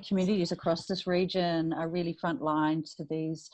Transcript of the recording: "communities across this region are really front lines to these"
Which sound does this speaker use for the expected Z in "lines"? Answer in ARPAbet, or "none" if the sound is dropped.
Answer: none